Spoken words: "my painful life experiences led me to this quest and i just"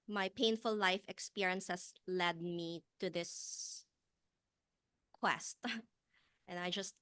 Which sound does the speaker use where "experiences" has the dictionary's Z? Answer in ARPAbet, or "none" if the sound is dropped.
S